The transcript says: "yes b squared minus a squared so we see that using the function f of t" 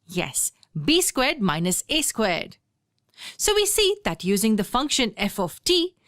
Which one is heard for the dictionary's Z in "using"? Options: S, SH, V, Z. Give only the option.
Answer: Z